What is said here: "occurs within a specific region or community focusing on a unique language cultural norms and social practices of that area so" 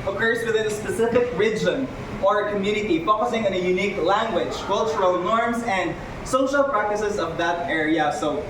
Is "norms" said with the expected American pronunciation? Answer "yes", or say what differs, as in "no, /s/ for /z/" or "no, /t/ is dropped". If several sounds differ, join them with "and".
no, /s/ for /z/